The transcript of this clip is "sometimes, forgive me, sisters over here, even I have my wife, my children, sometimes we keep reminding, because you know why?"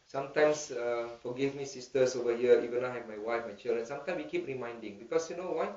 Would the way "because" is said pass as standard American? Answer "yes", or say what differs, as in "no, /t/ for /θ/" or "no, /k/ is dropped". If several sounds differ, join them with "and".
no, /s/ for /z/